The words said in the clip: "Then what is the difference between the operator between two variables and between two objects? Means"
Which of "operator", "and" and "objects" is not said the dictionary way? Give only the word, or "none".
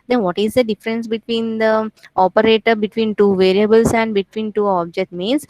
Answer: objects